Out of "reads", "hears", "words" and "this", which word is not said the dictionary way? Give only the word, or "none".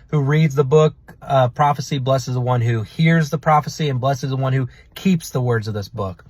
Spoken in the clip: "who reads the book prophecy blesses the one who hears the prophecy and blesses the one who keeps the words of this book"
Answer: none